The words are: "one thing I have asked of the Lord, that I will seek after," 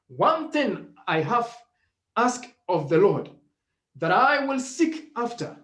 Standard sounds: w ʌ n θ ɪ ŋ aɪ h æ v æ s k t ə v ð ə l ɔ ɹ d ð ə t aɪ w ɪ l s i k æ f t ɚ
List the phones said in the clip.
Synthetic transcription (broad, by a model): w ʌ n θ ɪ ŋ aɪ h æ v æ s k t ə v ð ə l ɔ ɹ d ð ə t aɪ w ɪ l s i k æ f t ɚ